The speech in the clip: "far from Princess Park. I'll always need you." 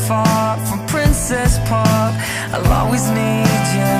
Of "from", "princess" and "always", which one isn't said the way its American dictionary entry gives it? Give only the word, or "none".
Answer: always